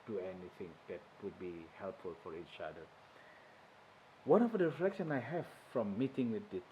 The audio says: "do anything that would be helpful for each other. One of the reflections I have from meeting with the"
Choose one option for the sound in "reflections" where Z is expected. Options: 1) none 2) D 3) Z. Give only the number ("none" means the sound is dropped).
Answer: 1